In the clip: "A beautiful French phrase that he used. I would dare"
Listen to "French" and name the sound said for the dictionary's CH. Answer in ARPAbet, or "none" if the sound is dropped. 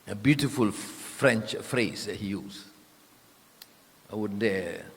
CH